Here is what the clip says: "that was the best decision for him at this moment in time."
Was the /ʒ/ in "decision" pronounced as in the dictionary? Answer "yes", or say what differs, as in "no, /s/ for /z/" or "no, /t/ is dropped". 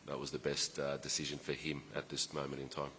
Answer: yes